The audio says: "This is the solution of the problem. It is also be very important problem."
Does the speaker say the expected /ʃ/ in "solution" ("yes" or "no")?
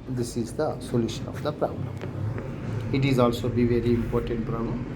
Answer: yes